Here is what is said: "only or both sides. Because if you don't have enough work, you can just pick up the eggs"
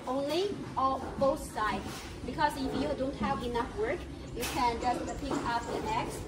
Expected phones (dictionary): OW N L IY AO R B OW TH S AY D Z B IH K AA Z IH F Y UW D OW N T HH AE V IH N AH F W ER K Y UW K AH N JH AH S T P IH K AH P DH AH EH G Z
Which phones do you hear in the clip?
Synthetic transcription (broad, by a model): OW N L IY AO L B OW TH S AY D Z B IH K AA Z IH F Y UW D OW N T HH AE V IH N AH F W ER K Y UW K AH N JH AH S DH P IH K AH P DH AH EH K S